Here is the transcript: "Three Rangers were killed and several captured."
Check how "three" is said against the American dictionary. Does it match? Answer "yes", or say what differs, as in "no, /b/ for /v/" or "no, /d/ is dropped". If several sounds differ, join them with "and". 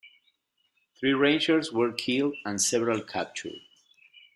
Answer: yes